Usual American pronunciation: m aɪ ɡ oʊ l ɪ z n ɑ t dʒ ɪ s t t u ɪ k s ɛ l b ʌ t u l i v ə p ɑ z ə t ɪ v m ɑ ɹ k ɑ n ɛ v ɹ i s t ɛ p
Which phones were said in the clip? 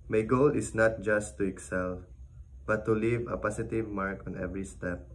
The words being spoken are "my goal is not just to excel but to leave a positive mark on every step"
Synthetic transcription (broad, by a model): m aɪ ɡ oʊ l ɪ s n ɑ t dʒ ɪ s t t u ɪ k s ɛ l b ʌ t u l i v ə p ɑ s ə t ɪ v m ɑ ɹ k ɑ n ɛ v ɹ i s t ɛ p